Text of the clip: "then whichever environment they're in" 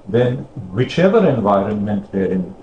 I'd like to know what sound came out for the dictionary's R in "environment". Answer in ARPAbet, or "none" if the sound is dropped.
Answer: R